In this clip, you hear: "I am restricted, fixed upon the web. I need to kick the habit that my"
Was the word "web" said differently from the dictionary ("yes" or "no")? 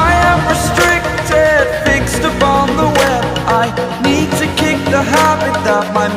yes